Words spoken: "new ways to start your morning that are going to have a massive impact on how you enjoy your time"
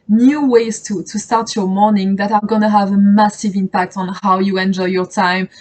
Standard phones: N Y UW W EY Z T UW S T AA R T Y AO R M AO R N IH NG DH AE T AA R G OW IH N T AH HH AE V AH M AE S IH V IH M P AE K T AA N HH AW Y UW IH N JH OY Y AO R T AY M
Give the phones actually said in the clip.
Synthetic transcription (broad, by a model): N Y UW W EY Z T UW S T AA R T Y AO R M AO R N IH NG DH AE T AA R G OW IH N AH HH AE V AH M AE S IH V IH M P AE K T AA N HH AW Y UW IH N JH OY Y AO R T AY M